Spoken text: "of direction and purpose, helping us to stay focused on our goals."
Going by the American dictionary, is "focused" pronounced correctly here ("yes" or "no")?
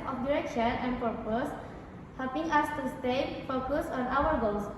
no